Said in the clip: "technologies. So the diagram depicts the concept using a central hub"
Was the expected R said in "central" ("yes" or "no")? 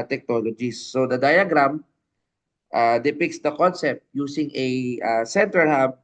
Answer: no